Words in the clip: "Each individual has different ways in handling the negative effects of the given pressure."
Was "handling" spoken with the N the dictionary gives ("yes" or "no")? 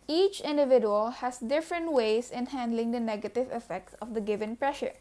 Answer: yes